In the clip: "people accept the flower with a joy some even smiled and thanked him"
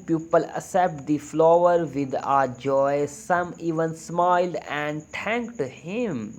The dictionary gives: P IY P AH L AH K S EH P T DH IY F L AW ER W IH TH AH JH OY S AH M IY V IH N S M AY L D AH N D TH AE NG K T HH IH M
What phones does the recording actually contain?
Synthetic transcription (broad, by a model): P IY P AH L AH S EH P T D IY F L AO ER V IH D AH JH OY S AH M IY V IH N S M AY L D AH N D T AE NG K T HH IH M